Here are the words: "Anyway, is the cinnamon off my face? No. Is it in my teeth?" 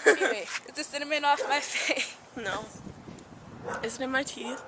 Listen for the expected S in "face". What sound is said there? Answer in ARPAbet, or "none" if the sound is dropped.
none